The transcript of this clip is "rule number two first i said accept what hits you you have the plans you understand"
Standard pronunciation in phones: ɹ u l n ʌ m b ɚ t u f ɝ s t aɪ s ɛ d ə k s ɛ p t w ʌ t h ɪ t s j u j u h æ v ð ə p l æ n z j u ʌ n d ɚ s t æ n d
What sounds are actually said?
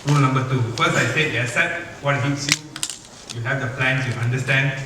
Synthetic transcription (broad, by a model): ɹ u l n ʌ m b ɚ t u f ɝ s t aɪ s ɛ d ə s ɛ t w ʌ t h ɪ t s j u j u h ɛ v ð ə p l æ n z j u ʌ n d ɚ s t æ n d